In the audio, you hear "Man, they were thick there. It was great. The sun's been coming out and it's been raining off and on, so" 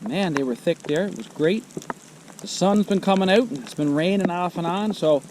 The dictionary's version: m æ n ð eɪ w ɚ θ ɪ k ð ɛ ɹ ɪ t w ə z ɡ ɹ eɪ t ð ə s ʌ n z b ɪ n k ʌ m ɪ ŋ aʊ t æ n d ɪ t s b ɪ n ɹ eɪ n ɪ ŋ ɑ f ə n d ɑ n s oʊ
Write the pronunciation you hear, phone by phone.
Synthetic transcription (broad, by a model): m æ n ð eɪ w ɚ θ ɪ k ð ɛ ɹ ɪ t w ə z ɡ ɹ eɪ t ð ə s ʌ n z b ɪ n k ʌ m ɪ ŋ aʊ t n ɪ t s b ɪ n ɹ eɪ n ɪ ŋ ɑ f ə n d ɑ n s oʊ